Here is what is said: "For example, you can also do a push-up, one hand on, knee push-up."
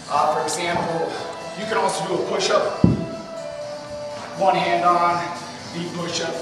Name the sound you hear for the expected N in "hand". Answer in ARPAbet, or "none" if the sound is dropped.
N